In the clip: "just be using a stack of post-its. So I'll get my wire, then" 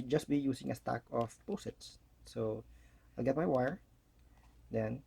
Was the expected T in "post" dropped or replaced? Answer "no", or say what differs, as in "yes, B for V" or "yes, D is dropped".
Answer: yes, T is dropped